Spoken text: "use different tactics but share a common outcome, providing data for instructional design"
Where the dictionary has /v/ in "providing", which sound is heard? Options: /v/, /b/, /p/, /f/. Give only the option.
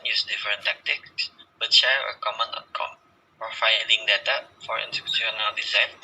/f/